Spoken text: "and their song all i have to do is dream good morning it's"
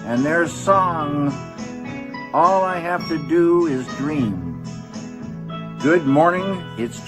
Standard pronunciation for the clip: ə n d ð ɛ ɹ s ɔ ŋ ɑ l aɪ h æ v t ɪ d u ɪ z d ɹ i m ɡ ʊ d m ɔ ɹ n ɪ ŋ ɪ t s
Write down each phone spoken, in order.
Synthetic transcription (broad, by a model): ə n ð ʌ ɹ s ɔ ŋ ɑ l aɪ h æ f t ɪ d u ɪ z d ɹ i m ɡ ʊ d m ɔ ɹ n ɪ ŋ ɪ t s